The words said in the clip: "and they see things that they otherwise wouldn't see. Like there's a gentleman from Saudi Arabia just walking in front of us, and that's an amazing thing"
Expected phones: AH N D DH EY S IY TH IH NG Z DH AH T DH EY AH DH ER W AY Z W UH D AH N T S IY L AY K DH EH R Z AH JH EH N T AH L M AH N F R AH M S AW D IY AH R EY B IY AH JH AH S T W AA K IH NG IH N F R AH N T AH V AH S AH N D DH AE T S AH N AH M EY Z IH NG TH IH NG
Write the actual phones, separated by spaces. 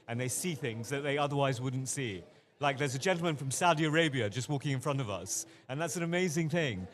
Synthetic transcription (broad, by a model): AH N DH EY S IY TH IH NG Z DH AH T DH EY AH DH ER W AY Z W UH D N T S IY L AY K DH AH R Z AH JH EH N T L M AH N F R AH M S AW D IY AH R EY B IY AH JH AH S T W AA K IH NG IH N F R AH N T AH V AH S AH N DH AE T S AH N AH M EY Z IH NG TH IH NG